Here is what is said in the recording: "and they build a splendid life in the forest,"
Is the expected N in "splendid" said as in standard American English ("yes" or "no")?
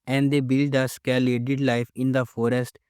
no